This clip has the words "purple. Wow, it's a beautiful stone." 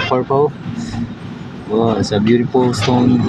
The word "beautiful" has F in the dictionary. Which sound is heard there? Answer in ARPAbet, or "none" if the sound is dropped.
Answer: P